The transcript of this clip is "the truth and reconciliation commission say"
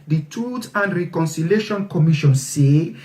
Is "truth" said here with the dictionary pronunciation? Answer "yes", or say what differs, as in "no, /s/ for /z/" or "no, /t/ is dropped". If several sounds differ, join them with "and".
no, /ɹ/ is dropped and /t/ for /θ/